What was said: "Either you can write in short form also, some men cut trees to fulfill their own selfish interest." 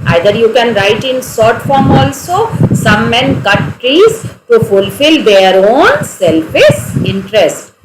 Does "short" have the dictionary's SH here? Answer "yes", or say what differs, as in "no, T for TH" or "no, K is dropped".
no, S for SH